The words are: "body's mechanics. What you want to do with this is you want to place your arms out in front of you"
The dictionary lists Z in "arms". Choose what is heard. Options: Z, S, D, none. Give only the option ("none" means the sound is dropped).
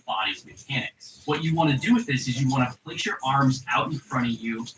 Z